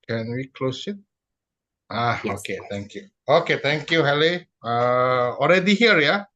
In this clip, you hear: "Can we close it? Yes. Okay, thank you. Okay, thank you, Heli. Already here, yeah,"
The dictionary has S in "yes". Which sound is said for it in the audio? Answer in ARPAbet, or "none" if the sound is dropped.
none